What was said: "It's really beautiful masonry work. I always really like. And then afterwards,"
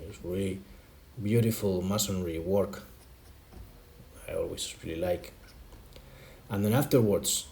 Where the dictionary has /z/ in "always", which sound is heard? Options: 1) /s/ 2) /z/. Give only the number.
1